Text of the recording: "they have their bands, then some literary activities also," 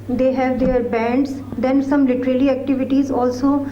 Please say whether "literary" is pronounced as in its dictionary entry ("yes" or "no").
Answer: no